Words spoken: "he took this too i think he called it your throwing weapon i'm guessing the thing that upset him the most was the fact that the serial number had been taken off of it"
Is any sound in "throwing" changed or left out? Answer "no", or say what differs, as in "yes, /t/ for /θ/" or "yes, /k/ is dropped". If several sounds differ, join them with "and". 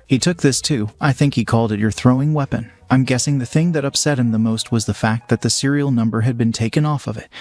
no